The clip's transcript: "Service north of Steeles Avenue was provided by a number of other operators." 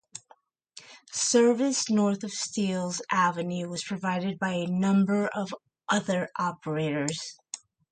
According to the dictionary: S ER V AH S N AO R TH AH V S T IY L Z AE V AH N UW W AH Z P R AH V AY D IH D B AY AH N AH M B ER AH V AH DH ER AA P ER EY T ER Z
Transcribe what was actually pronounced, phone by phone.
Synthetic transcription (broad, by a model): S ER V AH S N AO R TH AH V S T IY L Z AE V AH N UW W AH Z P R AH V AY D IH D B AY AH N AH M B ER AH V AH DH ER AA P ER EY T ER Z